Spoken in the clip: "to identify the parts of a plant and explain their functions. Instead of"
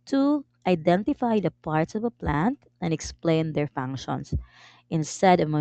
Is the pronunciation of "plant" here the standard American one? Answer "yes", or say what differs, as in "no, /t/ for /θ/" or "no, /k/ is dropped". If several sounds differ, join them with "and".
yes